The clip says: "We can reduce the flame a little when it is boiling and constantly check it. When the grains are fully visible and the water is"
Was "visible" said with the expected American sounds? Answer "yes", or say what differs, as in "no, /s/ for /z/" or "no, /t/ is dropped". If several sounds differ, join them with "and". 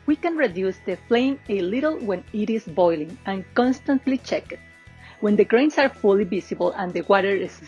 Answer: no, /s/ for /z/